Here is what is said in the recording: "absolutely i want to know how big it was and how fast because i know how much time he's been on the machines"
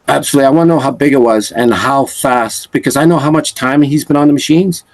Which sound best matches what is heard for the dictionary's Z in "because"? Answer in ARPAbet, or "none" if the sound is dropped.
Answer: Z